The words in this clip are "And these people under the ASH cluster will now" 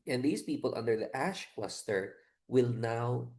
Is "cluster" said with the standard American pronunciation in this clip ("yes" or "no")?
no